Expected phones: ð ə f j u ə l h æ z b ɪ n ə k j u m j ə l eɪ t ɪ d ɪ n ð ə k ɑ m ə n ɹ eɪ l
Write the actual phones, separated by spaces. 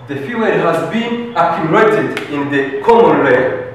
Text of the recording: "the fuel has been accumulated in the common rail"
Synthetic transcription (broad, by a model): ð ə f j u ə n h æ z b ɪ n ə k j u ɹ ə ɪ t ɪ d ɪ n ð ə k ɑ m ə n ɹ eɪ